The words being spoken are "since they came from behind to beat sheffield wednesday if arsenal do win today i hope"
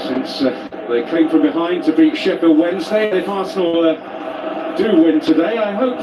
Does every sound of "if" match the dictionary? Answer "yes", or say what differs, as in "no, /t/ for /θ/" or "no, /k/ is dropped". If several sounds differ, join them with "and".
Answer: no, /p/ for /f/